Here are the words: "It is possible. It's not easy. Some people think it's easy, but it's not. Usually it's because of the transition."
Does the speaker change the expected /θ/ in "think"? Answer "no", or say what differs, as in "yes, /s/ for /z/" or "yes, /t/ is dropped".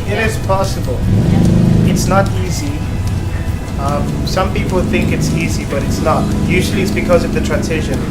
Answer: no